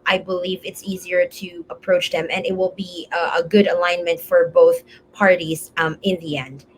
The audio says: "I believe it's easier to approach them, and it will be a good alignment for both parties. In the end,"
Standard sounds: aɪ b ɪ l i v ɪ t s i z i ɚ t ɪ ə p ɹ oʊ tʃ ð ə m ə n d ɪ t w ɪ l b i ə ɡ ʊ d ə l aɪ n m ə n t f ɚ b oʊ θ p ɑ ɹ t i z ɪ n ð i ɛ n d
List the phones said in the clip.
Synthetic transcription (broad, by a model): aɪ b ɪ l i v ɪ t s i z i ɚ t ɪ ə p ɹ oʊ tʃ ð ə m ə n ɪ t w ɪ l b i ə ɡ ʊ d ə l aɪ n m ə n t f ɚ b oʊ θ p ɑ ɹ t i z ɪ n ð i ɛ n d